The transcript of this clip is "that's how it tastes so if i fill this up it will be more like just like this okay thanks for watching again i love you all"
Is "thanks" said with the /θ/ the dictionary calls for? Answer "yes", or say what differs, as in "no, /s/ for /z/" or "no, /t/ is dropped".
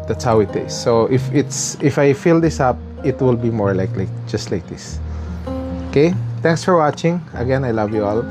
no, /t/ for /θ/